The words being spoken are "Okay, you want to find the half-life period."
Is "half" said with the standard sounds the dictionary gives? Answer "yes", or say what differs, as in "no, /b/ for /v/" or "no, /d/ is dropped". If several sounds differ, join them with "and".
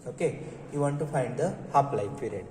no, /p/ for /f/